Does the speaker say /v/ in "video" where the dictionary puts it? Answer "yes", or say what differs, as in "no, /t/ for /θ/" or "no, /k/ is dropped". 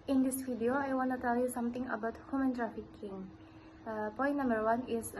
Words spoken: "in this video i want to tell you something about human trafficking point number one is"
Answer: no, /f/ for /v/